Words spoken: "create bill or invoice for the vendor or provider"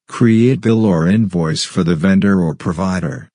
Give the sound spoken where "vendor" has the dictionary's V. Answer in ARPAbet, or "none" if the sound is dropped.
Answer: V